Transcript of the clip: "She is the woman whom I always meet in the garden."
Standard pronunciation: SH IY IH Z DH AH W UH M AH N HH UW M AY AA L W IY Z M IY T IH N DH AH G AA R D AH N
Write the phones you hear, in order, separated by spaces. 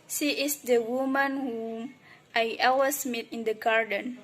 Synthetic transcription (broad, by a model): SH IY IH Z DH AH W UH M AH N HH UW M AY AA W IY S M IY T IH N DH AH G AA R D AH N